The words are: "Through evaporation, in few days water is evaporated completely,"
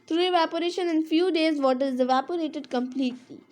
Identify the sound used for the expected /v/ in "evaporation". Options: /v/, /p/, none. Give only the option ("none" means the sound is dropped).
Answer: /v/